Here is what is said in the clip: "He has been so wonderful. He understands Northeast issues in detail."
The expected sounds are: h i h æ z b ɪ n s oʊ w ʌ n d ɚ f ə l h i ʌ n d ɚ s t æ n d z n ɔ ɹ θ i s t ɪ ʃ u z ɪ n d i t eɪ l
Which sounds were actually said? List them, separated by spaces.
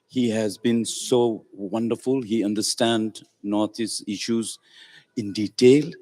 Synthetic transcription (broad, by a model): h i h æ z b ɪ n s oʊ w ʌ n d ɚ f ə l h i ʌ n d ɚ s t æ n d n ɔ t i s ɪ ʃ u z ɪ n d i t eɪ l